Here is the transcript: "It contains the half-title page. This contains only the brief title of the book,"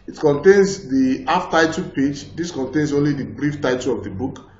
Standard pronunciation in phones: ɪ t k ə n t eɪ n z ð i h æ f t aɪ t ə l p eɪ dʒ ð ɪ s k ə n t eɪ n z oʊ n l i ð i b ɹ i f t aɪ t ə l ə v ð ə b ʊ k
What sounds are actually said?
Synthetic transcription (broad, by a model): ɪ t k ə n t eɪ n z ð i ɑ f t aɪ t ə p eɪ dʒ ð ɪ s k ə n t eɪ n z oʊ n l i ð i b ɹ i f t aɪ t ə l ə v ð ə b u k